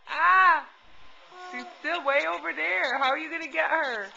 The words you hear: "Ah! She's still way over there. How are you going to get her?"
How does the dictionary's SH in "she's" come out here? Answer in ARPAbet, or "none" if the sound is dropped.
S